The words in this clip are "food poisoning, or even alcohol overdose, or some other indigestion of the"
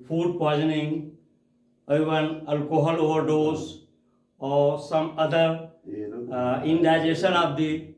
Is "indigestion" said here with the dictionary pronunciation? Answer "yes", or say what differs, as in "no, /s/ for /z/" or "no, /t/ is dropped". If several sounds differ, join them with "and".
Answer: no, /tʃ/ is dropped